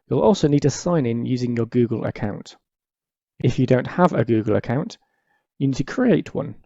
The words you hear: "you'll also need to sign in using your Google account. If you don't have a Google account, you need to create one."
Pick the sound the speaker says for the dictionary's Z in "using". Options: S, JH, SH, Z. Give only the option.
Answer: Z